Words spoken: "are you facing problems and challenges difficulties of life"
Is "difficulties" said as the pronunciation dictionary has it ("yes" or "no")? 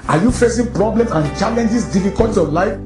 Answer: no